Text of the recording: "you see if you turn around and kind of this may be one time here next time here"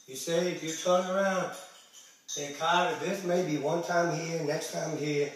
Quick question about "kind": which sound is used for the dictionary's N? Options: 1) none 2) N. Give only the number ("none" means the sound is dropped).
1